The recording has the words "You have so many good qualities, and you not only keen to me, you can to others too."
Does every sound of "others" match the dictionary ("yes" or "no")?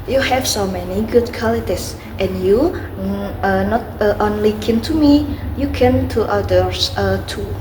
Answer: no